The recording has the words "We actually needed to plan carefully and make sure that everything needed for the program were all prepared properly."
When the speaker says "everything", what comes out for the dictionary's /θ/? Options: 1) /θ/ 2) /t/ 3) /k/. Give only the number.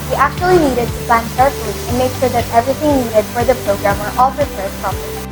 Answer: 2